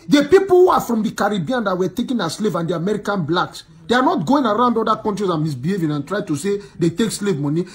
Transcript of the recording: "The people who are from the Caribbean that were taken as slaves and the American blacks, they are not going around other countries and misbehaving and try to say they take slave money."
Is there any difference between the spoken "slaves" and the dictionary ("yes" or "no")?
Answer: yes